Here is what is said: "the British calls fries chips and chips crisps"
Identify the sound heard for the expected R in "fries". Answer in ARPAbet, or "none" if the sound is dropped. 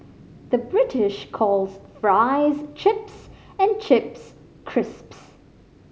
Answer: R